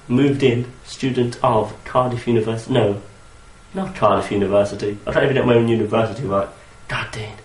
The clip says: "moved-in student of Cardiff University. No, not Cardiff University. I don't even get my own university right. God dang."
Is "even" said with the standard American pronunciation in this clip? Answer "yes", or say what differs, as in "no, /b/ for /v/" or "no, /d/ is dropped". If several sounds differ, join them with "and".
no, /v/ is dropped